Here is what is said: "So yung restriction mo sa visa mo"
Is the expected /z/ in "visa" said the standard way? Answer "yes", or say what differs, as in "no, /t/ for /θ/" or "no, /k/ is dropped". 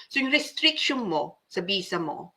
no, /s/ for /z/